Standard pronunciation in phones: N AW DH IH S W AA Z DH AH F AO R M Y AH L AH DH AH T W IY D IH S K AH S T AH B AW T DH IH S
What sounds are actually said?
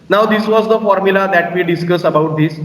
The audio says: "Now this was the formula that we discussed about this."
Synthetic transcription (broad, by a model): N AW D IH S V AA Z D AH F AO R M Y AH L AH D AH T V IY D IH S K AH S AH B AW T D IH S